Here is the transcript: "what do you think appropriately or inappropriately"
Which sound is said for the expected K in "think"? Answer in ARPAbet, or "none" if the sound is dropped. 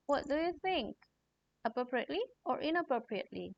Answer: K